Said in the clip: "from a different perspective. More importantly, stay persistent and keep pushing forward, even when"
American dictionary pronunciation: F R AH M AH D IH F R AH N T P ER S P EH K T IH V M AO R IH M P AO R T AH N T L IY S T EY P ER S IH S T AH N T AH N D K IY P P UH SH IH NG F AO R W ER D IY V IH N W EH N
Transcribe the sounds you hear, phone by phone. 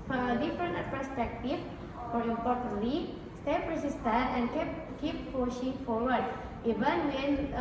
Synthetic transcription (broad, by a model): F R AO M AH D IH F R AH N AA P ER S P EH K T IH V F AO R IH P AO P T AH T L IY S T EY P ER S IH S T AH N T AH N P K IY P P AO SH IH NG F AO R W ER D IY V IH N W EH N